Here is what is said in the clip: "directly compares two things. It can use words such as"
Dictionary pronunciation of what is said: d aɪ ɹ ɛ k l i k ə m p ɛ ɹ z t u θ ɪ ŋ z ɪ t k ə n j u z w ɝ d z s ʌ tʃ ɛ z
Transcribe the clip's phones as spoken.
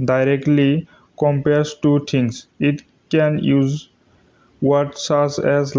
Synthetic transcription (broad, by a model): d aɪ ɹ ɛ k l i k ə m p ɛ ɹ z t u t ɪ ŋ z ɪ t k ə n j u z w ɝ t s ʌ s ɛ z